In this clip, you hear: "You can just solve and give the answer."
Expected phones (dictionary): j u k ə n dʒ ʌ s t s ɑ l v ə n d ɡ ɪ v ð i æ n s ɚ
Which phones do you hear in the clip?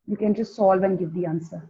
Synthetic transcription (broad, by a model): j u k ə n dʒ ʌ s t s ɑ l v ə n ɡ ɪ v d i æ n s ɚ